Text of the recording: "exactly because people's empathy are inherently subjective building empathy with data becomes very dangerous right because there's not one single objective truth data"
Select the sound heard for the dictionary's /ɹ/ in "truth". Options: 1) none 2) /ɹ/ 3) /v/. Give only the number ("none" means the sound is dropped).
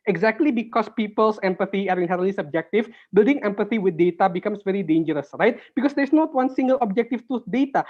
1